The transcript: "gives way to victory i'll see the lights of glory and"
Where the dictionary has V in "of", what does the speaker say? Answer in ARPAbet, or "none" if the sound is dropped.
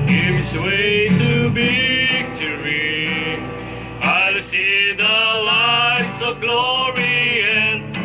V